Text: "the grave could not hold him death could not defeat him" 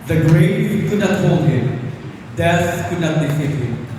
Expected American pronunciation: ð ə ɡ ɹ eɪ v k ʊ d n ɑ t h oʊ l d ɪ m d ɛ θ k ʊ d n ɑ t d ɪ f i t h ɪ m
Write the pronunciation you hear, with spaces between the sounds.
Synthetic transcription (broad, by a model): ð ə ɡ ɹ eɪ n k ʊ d n ɑ t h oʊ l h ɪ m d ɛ s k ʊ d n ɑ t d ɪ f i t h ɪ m